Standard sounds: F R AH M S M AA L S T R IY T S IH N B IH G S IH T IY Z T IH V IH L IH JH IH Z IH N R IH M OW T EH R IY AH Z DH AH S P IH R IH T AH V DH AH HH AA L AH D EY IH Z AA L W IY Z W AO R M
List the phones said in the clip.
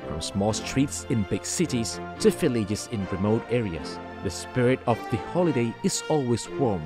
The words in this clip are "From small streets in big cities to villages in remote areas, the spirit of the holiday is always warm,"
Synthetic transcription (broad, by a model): F R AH M S M AA L S T R IY T S IH N B IH G S IH T IY Z T IH F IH L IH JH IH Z IH N R IH M OW T EH R IY AH Z DH AH S P IH R IH T AH V DH AH HH AA L AH D EY IH Z AA L W IY Z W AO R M